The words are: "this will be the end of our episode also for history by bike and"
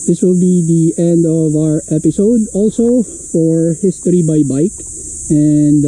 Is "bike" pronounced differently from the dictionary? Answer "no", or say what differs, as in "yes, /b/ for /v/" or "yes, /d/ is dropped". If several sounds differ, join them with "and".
no